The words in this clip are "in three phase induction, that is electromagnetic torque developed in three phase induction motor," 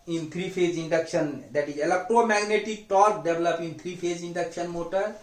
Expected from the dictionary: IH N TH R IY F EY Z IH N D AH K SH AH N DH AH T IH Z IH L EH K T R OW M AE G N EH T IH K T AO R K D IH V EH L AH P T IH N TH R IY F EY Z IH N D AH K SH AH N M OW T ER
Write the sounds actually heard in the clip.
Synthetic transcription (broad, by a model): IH N T R IY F EY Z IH N D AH K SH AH N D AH T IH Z IH L EH K T R OW M AE G N EH T IH K T AO R K D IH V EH L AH P IH N T R IY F EY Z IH N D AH K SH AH N M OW T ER